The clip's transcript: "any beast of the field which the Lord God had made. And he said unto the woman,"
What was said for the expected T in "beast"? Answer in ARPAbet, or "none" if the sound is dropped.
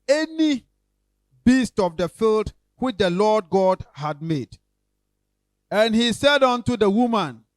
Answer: T